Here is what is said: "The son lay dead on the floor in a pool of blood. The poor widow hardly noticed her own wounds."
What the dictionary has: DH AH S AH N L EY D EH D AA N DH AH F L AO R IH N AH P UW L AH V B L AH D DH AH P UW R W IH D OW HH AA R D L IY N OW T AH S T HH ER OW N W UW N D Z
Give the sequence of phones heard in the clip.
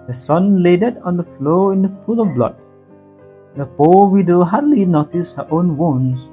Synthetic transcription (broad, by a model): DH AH S AH N L EY D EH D AA N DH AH F L AO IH N AH F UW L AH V B L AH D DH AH P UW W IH D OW HH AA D L IY N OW T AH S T HH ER OW N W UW N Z